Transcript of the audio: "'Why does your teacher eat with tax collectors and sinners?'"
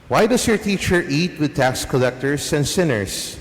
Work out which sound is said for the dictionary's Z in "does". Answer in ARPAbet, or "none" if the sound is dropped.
S